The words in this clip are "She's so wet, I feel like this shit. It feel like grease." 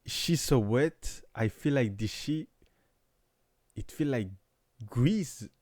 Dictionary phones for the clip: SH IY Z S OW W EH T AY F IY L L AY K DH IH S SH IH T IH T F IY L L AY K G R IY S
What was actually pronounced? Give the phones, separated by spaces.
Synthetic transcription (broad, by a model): SH IY S OW W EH T AY F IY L L AY K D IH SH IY IH T F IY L L AY K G R IY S